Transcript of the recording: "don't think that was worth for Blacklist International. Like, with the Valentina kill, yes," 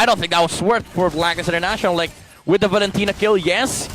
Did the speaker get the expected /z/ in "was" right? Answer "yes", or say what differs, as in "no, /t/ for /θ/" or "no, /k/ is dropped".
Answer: no, /s/ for /z/